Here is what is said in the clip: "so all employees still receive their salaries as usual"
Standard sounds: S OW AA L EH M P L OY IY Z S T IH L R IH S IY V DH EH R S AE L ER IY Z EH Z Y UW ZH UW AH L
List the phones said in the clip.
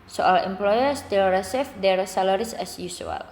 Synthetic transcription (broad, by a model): S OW AA L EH M P L OY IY S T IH L R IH S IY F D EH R S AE L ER IY S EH S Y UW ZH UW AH L